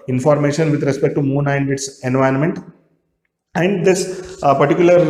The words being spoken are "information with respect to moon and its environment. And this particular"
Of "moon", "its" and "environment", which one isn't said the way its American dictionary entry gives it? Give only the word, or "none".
environment